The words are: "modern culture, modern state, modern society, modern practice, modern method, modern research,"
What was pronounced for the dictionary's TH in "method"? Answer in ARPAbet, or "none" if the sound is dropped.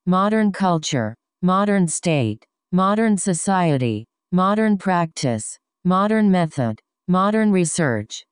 TH